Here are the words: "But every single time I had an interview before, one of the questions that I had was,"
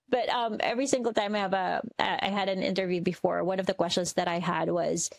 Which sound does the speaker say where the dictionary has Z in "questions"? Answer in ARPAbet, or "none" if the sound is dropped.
Z